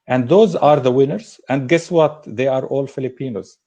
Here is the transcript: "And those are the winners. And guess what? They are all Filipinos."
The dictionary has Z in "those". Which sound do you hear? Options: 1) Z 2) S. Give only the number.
1